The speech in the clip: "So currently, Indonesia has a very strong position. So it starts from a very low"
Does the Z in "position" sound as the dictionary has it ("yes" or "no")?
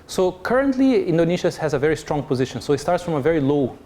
yes